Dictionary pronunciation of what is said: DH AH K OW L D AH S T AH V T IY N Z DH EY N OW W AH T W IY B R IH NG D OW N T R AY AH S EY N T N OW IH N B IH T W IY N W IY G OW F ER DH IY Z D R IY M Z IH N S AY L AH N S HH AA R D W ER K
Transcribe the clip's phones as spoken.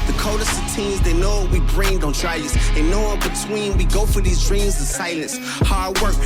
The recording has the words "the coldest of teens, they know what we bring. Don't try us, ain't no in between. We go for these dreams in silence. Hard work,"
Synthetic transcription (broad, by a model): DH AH K OW D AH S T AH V T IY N Z DH EY N OW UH W IY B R IH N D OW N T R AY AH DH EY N N OW IH N B IH T W IY N W IY G OW F ER DH IY Z D R IY M Z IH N S AY L AH N S HH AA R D W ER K